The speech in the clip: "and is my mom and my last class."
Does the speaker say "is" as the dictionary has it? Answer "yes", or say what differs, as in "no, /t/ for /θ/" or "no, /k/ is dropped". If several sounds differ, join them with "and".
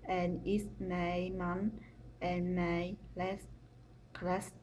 no, /s/ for /z/